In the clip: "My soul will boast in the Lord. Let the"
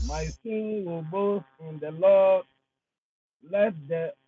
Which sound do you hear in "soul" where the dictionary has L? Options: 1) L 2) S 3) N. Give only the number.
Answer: 3